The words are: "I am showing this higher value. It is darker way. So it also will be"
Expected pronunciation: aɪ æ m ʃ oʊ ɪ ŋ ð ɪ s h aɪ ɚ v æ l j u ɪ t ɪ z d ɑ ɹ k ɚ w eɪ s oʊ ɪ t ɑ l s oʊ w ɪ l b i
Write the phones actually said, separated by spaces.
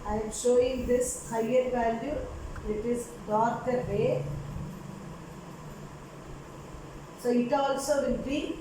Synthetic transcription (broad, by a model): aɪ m ʃ oʊ ɪ ŋ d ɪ s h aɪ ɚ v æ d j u ɪ t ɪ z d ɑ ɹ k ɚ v eɪ s oʊ ɪ t ɑ l s oʊ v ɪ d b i